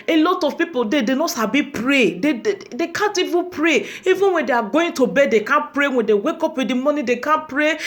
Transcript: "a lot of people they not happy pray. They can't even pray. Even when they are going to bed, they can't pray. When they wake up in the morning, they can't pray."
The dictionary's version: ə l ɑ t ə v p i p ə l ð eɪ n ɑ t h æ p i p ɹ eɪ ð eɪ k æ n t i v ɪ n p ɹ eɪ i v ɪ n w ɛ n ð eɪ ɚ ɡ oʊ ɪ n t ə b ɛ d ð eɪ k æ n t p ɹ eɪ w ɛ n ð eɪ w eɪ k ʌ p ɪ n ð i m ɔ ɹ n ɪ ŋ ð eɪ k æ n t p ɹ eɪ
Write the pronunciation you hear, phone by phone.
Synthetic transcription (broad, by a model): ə l ɑ t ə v p i p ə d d eɪ n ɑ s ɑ b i p ɹ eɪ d eɪ k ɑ n t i v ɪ p ɹ eɪ i v ɪ n w ɛ n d eɪ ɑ ɡ oʊ ɪ n t ə b ɛ d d eɪ k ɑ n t p ɹ eɪ w ɛ n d eɪ w eɪ k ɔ p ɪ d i m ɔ n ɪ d eɪ k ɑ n p ɹ eɪ